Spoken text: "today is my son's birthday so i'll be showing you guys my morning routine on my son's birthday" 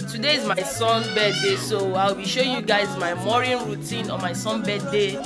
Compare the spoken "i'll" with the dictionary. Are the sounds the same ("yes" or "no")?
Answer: no